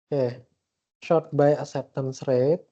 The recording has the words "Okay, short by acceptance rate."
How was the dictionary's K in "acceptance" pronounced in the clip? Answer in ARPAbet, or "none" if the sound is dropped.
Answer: none